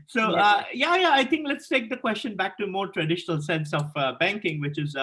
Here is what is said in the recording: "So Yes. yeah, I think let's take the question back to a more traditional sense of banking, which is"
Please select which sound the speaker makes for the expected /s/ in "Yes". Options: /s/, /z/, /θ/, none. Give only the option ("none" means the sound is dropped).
none